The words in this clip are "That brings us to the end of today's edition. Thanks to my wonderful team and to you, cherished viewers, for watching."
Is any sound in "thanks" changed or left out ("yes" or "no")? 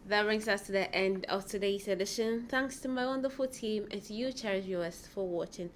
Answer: no